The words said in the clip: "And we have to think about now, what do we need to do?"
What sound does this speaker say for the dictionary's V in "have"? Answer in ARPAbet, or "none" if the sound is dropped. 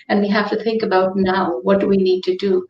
F